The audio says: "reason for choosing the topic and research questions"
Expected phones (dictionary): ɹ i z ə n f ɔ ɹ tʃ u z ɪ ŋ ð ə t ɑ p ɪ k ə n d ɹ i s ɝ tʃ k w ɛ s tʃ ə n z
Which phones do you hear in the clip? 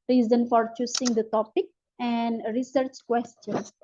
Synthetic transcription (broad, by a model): ɹ i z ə n f ɔ ɹ tʃ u s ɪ ŋ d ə t ɑ p ɪ k ə n d ɹ i s ɝ tʃ k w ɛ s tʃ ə n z